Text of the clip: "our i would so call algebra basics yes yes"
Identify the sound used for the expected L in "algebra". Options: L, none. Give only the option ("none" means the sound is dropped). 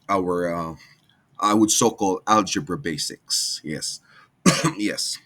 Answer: L